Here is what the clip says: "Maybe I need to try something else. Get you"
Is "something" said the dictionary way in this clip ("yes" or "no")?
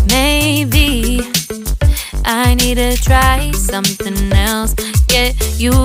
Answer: yes